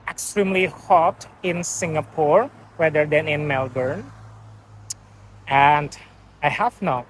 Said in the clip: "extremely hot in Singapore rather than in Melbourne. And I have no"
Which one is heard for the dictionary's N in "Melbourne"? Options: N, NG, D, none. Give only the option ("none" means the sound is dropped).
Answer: N